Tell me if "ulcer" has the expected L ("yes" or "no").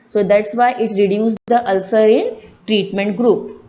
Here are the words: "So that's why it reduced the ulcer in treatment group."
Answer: yes